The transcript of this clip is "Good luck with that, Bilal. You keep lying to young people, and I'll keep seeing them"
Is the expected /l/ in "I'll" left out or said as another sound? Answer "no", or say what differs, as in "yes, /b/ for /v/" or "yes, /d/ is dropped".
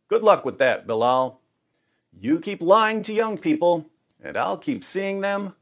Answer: no